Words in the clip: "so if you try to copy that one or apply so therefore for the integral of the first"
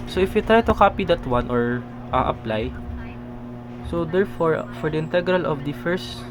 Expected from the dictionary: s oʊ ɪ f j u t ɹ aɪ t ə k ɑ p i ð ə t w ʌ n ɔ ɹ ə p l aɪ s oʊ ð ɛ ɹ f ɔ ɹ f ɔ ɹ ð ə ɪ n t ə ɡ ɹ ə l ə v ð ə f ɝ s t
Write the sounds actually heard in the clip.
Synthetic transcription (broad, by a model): s oʊ ɪ f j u t ɹ aɪ t ə k ɑ p i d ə t w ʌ n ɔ ɹ ə p l aɪ s oʊ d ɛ ɹ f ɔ ɹ f ɔ ɹ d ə ɪ n t ə ɡ ɹ ə l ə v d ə f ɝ s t